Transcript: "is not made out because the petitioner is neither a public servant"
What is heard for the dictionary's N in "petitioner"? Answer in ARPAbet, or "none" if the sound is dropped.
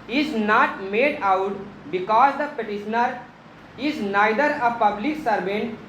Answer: N